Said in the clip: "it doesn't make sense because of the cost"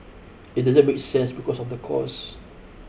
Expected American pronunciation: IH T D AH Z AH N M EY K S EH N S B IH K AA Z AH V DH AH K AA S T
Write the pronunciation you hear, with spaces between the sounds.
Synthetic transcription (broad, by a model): IH T D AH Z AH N M EY K S EH N S B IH K AA S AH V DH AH K AA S